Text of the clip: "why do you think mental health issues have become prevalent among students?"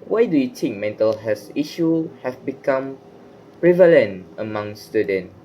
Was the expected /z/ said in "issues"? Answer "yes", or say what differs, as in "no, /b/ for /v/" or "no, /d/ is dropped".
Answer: no, /z/ is dropped